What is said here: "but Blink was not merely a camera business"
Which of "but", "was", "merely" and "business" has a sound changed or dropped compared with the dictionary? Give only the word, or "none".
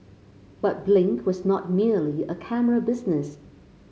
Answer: none